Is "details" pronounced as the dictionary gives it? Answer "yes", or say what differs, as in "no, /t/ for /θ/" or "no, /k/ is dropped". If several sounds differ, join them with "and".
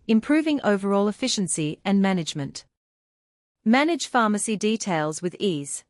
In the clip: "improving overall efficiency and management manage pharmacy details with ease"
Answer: yes